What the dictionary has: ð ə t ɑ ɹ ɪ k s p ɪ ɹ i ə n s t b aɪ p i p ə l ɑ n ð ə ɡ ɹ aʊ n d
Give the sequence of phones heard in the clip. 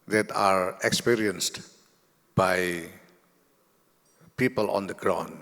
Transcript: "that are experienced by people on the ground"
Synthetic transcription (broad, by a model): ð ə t ɑ ɹ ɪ k s p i ɹ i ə n s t b aɪ p i p ə l ɑ n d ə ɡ ɹ aʊ n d